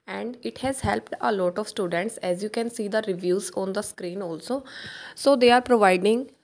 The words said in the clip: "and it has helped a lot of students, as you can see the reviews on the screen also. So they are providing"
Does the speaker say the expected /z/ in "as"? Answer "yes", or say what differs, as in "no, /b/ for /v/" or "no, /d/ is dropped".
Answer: yes